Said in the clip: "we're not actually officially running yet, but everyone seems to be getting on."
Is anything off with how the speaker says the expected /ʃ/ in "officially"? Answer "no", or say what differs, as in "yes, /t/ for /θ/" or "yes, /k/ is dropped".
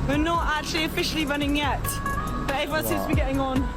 no